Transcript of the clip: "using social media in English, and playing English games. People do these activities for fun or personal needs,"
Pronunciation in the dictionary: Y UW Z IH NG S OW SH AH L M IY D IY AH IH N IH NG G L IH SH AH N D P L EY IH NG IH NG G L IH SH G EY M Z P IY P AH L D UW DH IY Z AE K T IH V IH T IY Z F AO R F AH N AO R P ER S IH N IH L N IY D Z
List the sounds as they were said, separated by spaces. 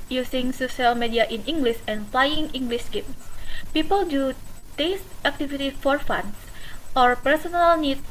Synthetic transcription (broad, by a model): Y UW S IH NG S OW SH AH L M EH D IY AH IH N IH NG G L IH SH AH N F L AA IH NG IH NG G L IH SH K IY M S P IY P AH L D UW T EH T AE K T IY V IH T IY F AO R F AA N AO R P ER S IH N IH L N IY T